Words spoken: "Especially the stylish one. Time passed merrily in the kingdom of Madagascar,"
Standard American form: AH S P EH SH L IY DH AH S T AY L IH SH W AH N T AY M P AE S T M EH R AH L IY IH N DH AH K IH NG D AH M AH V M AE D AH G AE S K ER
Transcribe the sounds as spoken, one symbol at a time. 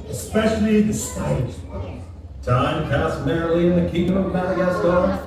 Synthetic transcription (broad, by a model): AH S P EH SH L IY DH AH S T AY IH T T AY M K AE S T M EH R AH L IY IH N DH AH K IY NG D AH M AH V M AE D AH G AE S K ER